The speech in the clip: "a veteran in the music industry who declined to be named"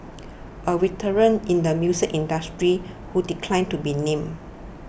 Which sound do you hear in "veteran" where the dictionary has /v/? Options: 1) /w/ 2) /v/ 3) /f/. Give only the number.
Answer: 1